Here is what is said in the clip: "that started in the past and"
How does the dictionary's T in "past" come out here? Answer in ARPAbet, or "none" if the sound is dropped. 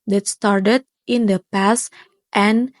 T